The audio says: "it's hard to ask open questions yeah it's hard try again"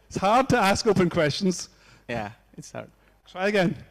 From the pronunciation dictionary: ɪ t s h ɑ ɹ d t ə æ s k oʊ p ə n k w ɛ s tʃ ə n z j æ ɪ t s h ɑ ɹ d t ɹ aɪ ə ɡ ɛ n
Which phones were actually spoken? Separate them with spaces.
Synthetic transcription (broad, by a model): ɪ t s h ɑ ɹ d t ə æ s k oʊ p ə n k w ɛ s tʃ ə n z j æ ɪ t s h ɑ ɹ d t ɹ aɪ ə ɡ ɛ n